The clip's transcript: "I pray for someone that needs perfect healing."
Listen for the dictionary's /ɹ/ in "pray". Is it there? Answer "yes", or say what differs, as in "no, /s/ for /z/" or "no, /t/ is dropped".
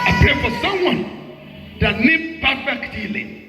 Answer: no, /ɹ/ is dropped